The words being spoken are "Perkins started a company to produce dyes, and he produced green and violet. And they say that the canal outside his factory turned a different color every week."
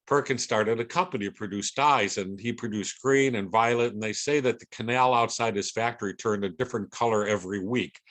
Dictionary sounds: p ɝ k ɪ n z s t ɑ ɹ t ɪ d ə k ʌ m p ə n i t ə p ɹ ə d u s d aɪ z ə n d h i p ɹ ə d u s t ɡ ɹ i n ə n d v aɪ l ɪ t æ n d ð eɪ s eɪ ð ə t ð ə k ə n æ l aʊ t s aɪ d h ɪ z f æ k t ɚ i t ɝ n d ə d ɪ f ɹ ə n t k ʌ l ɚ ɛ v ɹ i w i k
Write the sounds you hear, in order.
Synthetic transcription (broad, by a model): p ɝ k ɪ n s t ɑ ɹ t ɪ d ə k ʌ m p ə n i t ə p ɹ ə d u s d aɪ z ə n i p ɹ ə d u s ɡ ɹ i n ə n v aɪ l ɪ t n ð eɪ s eɪ ð ə t ð ə k ə n æ l aʊ t s aɪ d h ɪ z f æ k t ɚ i t ɝ n d ə d ɪ f ɹ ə n k ʌ l ɚ ɛ v ɹ i w i k